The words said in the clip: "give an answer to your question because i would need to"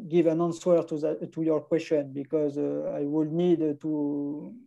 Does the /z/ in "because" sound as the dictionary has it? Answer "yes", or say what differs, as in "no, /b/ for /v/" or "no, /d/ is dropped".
yes